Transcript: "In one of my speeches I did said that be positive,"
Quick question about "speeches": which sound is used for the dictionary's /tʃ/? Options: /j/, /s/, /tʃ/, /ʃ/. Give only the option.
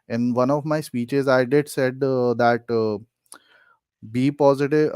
/tʃ/